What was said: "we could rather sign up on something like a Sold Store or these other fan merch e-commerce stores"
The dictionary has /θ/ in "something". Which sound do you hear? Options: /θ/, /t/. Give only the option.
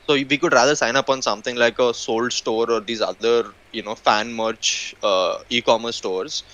/t/